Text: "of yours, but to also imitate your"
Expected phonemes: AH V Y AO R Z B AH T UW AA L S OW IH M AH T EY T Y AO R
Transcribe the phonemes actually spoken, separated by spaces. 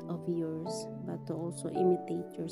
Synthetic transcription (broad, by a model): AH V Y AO R S B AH T UW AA L S OW IH M AH T EY T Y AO R